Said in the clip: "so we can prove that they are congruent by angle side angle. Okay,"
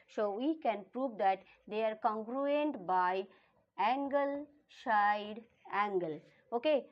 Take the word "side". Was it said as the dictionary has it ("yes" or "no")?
no